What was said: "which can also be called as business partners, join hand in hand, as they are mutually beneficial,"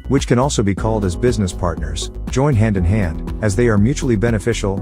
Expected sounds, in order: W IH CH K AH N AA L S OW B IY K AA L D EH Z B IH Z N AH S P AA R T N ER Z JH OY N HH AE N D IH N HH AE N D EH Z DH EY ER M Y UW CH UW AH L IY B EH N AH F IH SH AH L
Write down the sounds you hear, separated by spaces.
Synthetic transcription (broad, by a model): W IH CH K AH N AA L S OW B IY K AA L D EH Z B IH Z N AH S P AA R T N ER Z JH OY N HH AE N D IH N HH AE N D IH Z DH EY ER M Y UW CH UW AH L IY B EH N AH F IH SH L